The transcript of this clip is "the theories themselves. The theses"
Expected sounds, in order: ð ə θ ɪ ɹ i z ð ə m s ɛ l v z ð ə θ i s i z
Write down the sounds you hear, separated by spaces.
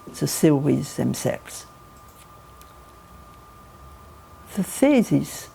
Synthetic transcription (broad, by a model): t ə s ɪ w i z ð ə m s ɛ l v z ð ə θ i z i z